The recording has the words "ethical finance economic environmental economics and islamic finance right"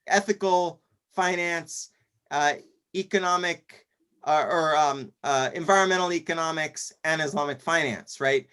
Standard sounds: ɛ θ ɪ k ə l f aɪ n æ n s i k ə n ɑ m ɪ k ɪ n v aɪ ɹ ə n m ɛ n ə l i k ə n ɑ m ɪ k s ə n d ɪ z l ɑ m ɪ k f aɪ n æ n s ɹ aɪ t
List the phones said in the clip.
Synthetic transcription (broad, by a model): ɛ θ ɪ k l f aɪ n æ n s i k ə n ɑ m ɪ k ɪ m v aɪ ɹ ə n m ɛ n l i k ə n ɑ m ɪ k s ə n ɪ z l ɑ m ɪ k f aɪ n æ n s ɹ aɪ t